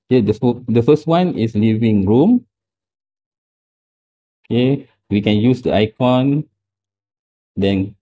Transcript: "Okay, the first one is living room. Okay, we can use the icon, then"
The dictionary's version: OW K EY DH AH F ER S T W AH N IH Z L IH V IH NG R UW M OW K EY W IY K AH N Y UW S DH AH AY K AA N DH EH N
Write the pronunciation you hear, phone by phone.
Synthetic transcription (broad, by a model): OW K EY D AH F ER S T W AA N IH S L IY V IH NG R UW M OW K EY W IY K AH N Y UW S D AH AY K AA N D EH N